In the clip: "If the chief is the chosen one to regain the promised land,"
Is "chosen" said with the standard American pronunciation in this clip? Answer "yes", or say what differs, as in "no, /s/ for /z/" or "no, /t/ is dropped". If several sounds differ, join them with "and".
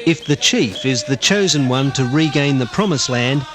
yes